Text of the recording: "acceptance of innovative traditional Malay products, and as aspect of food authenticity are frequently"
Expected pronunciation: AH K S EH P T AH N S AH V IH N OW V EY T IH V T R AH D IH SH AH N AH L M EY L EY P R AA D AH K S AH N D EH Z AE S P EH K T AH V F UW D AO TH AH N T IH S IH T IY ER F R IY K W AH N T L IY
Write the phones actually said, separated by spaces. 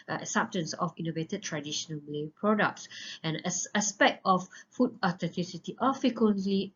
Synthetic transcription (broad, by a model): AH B S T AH N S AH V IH N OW V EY T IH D T R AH D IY SH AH N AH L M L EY P R AA D AH K S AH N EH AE S P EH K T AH F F UW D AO T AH N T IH S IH T IY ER F R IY K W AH N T L IY